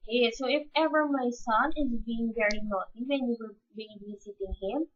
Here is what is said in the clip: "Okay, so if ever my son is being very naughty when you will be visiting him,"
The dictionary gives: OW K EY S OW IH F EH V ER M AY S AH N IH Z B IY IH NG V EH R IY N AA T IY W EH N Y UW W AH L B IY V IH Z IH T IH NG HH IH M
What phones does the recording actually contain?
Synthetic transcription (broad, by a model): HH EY S OW IH F EH V ER M AY S AH N IH Z B IY IH NG V EH R IY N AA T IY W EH N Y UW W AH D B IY B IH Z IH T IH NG HH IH M